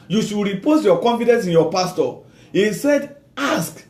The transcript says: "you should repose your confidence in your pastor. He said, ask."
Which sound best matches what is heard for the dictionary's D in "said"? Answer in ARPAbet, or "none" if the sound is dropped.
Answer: D